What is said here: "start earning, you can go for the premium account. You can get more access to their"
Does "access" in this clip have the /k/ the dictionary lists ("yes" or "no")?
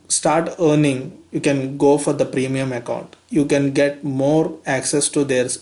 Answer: yes